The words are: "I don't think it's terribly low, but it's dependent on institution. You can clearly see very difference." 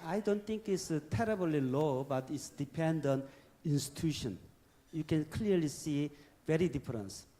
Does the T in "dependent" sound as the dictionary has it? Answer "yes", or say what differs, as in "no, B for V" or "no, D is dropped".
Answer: no, T is dropped